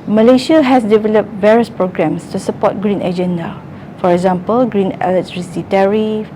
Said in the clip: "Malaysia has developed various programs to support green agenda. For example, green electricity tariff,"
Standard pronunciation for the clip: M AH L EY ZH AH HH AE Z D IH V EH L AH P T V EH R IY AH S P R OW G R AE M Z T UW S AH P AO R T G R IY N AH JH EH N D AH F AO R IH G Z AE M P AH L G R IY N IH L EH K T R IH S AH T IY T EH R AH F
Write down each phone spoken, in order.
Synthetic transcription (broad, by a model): M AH L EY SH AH HH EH S D IH V EH L AH P T V EH R IY AH S P R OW G R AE M S T UW S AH P AO T G R IY N AH JH EH N D AH F AO R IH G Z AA M P AH L G R IY N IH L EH T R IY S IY T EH R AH F